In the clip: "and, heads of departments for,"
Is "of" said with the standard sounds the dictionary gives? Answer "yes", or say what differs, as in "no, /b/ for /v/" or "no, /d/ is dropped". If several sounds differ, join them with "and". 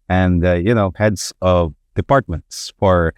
yes